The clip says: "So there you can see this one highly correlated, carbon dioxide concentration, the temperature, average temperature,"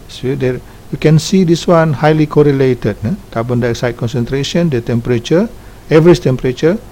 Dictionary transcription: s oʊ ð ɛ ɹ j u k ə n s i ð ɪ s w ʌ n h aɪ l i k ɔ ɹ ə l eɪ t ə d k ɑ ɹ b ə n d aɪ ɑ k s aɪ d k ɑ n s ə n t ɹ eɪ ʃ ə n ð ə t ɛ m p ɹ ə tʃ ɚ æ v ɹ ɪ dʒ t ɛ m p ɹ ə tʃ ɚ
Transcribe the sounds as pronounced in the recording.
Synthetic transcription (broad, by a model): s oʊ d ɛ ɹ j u k ə n s i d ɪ s w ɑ n h aɪ l i k ɔ ɹ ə l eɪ t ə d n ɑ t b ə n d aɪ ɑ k s aɪ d k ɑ n s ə n t ɹ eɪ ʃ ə n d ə t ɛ m p ɹ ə tʃ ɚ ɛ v ɹ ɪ tʃ t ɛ m p ɹ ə tʃ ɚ